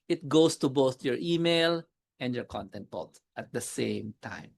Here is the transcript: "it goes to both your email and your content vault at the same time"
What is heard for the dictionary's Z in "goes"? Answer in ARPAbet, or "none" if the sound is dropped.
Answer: S